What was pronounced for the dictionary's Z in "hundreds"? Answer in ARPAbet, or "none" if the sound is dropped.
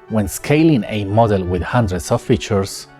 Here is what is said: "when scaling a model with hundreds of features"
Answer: S